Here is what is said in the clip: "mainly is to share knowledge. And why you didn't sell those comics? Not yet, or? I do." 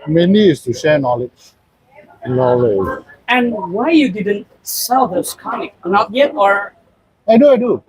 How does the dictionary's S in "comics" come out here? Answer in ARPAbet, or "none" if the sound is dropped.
none